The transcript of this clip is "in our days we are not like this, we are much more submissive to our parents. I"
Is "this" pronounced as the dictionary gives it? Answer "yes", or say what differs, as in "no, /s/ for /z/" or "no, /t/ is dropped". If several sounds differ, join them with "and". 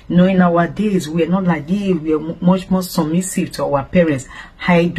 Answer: no, /s/ is dropped